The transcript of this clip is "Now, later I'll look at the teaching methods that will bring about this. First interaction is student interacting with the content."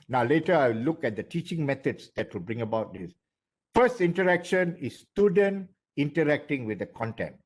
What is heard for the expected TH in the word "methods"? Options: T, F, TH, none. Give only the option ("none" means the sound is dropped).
T